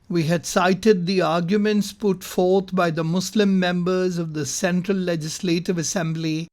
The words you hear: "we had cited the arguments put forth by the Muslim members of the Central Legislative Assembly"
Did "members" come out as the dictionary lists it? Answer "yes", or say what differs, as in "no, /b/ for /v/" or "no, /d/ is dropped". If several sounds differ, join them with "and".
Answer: yes